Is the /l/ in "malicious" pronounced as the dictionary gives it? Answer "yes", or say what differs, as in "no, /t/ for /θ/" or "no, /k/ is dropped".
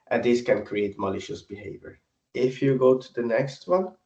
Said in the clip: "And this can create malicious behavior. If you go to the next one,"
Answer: yes